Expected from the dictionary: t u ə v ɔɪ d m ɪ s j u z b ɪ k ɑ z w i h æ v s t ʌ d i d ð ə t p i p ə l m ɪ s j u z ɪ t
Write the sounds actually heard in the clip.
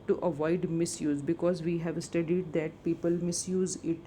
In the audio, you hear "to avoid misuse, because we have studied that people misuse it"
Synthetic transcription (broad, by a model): t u ə v ɔɪ d m ɪ s j u z b ɪ k ɑ z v i h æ v s t ʌ d i d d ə t p i p ə l m ɪ s j u z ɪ t